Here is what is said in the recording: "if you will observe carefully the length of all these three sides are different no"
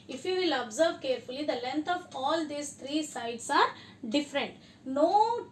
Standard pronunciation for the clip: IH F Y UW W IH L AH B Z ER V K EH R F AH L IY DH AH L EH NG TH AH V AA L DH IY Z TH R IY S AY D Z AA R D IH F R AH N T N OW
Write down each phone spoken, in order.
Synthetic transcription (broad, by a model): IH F Y UW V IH L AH B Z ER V K EH R F AH L IY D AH L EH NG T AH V AA L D IY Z T R IY S AY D S AA R D IH F R AH N T N OW